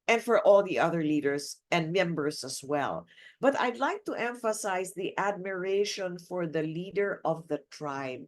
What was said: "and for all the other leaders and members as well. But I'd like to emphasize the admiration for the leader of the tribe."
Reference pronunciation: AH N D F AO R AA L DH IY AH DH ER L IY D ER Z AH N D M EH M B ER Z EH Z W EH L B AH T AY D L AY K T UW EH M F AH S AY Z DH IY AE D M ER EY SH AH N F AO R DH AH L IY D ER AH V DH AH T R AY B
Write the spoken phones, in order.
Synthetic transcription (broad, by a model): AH N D F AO R AA L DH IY AH DH ER L IY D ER S AH N D M EH M B ER S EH S W EH L B AH T AY D L AY K T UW EH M F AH S AY S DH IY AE D M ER EY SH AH N F AO R DH AH L IY D ER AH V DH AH T R AY B